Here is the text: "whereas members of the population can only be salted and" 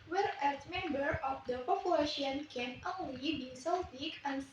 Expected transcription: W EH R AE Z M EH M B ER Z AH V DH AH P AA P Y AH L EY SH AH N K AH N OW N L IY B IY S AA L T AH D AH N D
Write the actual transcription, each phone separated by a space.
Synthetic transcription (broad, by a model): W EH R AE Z M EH M B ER AH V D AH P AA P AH EY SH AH N K AH N OW N L IY B IY S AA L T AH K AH N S